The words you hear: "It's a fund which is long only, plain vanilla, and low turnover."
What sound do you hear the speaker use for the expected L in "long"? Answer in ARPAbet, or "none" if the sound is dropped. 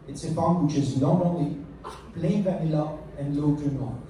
N